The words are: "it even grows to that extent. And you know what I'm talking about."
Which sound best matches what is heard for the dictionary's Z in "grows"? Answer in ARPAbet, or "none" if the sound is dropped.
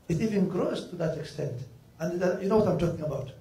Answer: S